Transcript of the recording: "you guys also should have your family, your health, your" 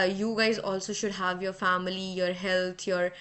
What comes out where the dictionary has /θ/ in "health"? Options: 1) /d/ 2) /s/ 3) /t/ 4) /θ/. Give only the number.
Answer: 3